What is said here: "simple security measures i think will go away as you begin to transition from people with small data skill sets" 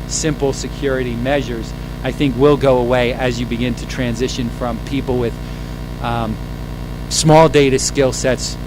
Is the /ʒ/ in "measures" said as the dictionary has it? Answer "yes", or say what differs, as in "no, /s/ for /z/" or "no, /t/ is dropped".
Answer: yes